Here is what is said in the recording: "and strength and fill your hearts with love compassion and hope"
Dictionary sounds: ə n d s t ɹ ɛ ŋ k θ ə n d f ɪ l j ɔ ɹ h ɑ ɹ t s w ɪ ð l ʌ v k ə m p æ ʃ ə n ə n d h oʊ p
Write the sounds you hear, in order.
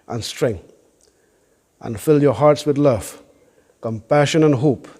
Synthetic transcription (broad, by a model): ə n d s t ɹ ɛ ŋ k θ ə n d f ɪ l j ɔ ɹ h ɑ ɹ t s w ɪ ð l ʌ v k ə m p æ ʃ ə n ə n h oʊ p